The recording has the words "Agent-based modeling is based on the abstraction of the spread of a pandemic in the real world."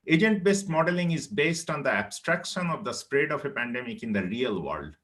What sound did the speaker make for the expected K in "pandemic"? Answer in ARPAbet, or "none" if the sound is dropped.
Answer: K